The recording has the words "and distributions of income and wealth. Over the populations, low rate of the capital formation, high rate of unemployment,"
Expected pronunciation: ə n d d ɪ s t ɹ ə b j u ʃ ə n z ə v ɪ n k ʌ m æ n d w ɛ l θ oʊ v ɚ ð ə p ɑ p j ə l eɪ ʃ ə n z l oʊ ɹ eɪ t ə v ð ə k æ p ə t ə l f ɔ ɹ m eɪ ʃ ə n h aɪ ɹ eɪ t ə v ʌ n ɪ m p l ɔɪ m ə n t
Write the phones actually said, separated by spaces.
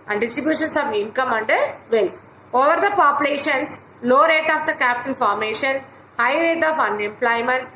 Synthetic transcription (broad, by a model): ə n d d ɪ s t ɹ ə b j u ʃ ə n s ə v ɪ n k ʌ m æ n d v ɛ l t oʊ v ɚ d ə p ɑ p j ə l eɪ ʃ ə n s l oʊ ɹ eɪ t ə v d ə k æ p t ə n f ɔ ɹ m eɪ ʃ ə n h aɪ ɹ eɪ t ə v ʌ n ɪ m p l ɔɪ m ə n t